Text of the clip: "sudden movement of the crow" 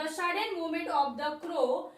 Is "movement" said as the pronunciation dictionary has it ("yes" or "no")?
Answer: no